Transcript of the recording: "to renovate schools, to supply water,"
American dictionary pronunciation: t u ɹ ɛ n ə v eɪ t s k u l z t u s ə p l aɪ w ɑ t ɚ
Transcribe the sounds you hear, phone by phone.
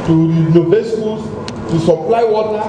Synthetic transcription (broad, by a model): t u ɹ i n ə b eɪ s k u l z t u s ə p l aɪ w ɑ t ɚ